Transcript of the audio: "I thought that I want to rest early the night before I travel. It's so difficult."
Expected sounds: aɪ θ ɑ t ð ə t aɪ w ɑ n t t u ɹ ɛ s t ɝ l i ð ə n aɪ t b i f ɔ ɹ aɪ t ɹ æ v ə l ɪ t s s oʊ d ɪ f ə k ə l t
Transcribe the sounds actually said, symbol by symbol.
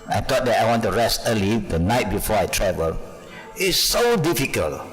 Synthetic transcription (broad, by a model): aɪ t ɑ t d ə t aɪ w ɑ n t t u ɹ ɛ s t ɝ l i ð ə n aɪ t b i f ɔ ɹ aɪ t ɹ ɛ v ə l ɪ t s s oʊ d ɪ f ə k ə l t